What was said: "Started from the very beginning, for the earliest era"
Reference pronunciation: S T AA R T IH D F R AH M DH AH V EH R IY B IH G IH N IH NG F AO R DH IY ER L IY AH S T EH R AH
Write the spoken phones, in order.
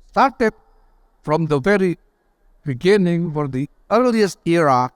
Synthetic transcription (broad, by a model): S T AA R T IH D F R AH M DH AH V EH R IY B IH G IH N IH NG F AO R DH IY ER L IY AH S T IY R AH